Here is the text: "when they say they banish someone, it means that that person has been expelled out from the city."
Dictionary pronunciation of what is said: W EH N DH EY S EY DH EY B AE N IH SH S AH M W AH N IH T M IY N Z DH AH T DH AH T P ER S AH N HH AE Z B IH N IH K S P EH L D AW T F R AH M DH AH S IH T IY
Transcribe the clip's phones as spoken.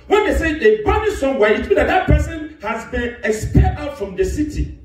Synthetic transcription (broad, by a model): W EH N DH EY S EY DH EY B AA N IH S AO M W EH IH T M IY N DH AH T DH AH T P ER S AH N HH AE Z B IH N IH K S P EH D AW T F R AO M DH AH S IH T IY